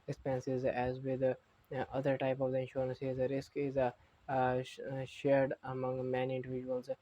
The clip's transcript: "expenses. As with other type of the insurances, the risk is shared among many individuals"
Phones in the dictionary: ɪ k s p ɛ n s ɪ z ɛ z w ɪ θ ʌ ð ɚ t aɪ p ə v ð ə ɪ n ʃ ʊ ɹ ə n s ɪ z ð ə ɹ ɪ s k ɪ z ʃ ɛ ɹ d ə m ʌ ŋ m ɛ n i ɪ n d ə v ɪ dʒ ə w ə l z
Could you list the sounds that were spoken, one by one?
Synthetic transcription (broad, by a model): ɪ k s p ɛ n s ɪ z ɛ z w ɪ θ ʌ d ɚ t aɪ p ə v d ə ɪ n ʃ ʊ ɹ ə n s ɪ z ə ɹ ɪ s k ɪ z ʃ ɛ ɹ d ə m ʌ ŋ m ɛ n i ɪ n d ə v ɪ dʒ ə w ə l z